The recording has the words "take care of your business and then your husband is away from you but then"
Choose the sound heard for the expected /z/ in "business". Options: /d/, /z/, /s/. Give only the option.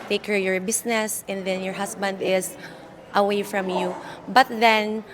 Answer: /s/